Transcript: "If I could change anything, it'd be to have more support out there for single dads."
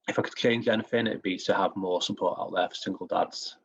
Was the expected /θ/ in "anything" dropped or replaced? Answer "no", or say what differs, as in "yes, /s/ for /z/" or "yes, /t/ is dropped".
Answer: yes, /f/ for /θ/